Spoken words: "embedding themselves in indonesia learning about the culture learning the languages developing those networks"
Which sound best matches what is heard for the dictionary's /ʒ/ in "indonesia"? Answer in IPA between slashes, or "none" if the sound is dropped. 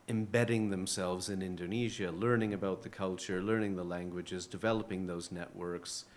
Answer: /ʒ/